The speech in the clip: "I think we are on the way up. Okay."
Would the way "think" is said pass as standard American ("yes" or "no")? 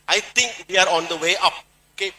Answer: no